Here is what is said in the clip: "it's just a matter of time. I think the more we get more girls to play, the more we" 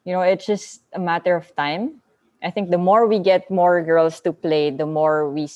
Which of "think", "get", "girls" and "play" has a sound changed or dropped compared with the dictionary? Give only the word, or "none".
girls